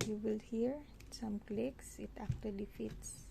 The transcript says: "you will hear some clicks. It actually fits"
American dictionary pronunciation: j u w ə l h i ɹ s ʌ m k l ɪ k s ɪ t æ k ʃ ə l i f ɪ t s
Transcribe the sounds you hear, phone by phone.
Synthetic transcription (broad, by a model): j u w ə l h i ɹ s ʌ m k l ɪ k s ɪ t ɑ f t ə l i f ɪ t s